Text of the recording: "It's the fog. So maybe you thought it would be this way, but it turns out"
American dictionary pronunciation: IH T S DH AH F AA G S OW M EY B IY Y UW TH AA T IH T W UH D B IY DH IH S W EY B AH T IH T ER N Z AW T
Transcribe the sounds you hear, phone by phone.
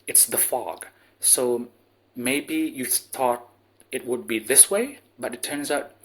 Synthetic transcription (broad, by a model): IH T S DH AH F AA G S OW M EY B IY Y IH TH AA T IH T W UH D B IY DH IH S W EY B AH T IH T ER N Z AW T